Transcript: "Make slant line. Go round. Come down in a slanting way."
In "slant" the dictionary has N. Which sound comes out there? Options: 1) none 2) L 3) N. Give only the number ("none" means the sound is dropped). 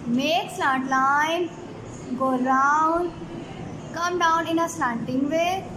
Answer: 1